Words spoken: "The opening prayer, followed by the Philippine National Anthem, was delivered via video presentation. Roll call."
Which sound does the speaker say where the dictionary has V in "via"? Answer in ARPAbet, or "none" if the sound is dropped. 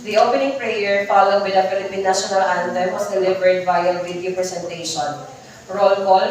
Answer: B